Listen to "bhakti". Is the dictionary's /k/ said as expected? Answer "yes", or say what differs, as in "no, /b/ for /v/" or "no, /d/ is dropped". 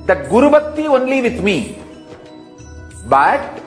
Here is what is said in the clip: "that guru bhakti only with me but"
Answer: no, /k/ is dropped